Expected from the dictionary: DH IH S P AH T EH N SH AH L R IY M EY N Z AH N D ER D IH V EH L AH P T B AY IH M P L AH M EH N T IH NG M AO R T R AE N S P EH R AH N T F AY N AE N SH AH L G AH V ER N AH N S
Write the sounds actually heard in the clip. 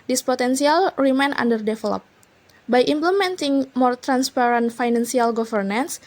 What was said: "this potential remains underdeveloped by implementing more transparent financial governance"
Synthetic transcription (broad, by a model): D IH S P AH T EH N S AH L R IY M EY N AA N D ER D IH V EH L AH P B AY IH M P L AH M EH N T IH NG M AO R T R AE N S P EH R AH N T F AY N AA N S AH L G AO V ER N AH N S